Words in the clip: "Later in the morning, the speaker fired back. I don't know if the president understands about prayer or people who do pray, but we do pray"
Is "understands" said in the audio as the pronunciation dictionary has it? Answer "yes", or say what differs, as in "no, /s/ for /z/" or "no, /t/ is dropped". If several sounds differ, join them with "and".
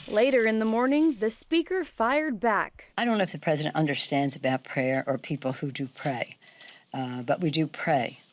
yes